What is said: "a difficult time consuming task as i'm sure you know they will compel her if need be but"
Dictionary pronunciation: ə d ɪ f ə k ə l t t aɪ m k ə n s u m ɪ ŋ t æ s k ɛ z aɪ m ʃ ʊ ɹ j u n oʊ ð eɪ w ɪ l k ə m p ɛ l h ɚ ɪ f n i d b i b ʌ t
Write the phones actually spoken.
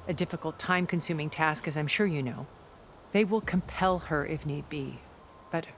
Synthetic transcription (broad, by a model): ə d ɪ f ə k l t t aɪ m k ə n s u m ɪ ŋ t æ s k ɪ z aɪ m ʃ ʊ ɹ j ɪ n oʊ ð eɪ w ɪ l k ə m p ɛ l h ɚ ɪ f n i d b i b ʌ t